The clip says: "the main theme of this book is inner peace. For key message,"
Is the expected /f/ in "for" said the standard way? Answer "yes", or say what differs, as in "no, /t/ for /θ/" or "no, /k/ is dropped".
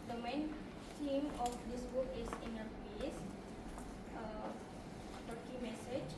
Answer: no, /p/ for /f/